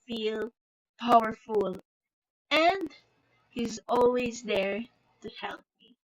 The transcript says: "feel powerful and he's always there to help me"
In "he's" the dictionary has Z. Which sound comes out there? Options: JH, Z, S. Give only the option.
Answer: Z